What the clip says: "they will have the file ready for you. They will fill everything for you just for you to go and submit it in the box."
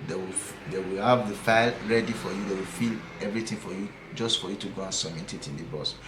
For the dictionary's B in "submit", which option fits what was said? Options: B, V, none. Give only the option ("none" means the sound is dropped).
none